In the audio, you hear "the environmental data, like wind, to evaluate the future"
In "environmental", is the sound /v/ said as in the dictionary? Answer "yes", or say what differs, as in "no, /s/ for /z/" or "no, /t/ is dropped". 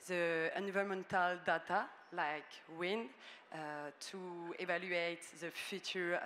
no, /v/ is dropped